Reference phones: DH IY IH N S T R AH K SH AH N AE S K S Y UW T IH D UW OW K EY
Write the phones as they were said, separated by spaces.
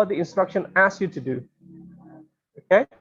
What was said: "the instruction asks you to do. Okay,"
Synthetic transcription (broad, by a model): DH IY IH N S T R AH K SH AH N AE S S Y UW T IH D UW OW K EY